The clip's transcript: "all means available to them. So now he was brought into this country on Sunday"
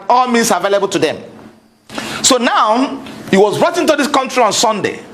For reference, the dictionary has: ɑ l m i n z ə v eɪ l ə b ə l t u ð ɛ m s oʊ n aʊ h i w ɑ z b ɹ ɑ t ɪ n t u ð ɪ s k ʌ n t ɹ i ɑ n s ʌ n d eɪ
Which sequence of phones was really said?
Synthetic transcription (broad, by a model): ɑ l m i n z ə v eɪ l ə b ə l t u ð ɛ m s oʊ n aʊ h i w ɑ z ɹ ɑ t ɪ n t u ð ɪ s k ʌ n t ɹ i ɑ n s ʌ n d eɪ